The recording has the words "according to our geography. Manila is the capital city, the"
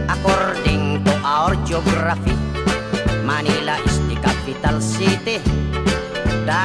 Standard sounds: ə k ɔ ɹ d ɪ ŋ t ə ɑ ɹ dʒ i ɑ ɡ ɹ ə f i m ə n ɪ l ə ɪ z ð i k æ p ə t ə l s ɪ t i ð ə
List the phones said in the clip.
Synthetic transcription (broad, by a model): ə k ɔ ɹ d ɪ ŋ t ə ɑ ɹ dʒ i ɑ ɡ ɹ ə f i m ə n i l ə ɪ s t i k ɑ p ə t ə l s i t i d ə